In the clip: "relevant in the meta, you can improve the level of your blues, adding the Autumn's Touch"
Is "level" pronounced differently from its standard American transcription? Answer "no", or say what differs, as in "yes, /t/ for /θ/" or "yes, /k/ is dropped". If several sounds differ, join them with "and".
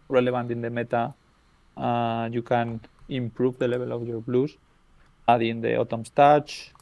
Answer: yes, /b/ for /v/